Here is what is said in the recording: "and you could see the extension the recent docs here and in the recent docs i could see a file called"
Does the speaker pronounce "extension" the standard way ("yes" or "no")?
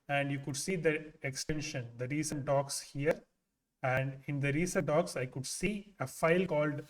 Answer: yes